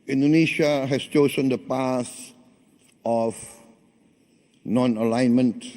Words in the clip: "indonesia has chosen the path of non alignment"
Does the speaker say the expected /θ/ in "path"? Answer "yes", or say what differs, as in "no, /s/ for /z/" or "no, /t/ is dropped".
no, /s/ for /θ/